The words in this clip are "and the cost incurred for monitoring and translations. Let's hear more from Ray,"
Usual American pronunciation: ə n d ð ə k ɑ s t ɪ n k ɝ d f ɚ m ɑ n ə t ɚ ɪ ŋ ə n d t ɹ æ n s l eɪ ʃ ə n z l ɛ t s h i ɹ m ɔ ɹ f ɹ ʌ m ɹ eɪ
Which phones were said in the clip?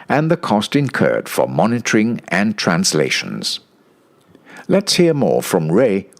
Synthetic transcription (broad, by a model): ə n ð ə k ɑ s t ɪ n k ɝ d f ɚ m ɑ n ə t ɚ ɪ ŋ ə n t ɹ æ n s l eɪ ʃ ə n z l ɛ t s h i ɹ m ɔ ɹ f ɹ ʌ m ɹ eɪ